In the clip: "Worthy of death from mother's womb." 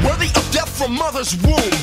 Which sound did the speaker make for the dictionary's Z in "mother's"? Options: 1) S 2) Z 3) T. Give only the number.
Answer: 2